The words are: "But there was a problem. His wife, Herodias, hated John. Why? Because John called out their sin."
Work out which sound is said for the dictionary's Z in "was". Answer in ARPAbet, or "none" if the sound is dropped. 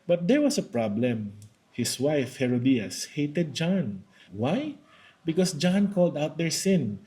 S